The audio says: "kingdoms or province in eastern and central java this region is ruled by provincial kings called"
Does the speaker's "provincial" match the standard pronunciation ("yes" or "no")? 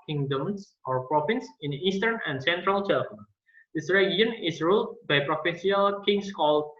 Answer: no